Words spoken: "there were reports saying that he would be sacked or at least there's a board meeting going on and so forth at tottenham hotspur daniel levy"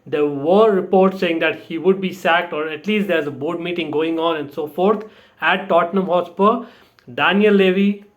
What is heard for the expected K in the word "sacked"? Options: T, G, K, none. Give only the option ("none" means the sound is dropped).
K